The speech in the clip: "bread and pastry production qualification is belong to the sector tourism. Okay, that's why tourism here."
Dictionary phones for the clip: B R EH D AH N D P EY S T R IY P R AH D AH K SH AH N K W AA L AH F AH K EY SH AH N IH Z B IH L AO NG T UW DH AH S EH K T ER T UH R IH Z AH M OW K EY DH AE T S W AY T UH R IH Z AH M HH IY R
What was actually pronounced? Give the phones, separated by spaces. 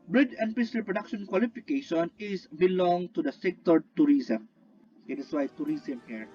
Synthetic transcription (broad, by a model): B R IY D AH N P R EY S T IY P R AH D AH K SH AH N K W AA L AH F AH K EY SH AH N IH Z B IH L AO NG T UW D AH S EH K T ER T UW R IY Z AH M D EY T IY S W AY T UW R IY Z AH M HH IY R